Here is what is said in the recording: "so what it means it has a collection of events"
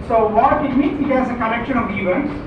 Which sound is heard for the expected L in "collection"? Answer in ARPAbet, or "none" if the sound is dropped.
N